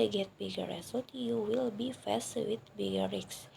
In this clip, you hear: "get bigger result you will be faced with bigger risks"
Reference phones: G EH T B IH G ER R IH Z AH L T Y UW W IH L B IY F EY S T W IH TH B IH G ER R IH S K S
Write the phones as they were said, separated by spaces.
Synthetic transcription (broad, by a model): G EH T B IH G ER R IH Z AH T Y UW W IH L B IY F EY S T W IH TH B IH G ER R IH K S